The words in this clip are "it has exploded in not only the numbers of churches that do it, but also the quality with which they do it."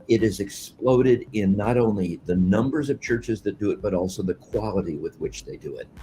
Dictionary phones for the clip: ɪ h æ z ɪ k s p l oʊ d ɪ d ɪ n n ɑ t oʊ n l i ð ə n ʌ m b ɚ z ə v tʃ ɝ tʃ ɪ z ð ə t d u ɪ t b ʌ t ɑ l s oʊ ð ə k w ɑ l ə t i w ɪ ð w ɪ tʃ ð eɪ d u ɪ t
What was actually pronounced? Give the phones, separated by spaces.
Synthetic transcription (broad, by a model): ɪ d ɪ z ɪ k s p l oʊ d ɪ d ɪ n n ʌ t oʊ n l i ð ə n ʌ m b ɚ z ə v tʃ ɝ tʃ ɪ z ð ə t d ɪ ɪ t b ʌ t ɑ l s oʊ ð ə k w ɑ l ə t i w ɪ ð w ɪ tʃ ð eɪ d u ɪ t